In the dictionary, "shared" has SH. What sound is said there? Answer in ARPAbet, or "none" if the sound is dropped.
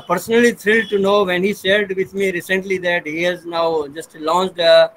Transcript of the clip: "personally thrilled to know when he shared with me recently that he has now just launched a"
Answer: S